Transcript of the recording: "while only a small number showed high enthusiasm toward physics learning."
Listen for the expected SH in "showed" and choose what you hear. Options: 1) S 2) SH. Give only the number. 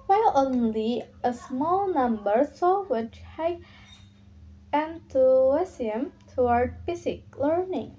1